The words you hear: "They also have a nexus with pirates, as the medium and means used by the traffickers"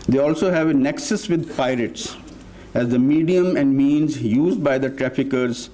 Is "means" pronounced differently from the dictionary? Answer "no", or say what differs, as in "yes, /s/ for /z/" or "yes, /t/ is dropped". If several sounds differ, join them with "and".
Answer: no